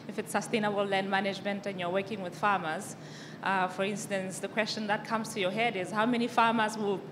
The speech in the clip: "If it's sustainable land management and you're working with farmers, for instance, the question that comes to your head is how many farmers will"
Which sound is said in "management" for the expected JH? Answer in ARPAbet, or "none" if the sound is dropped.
JH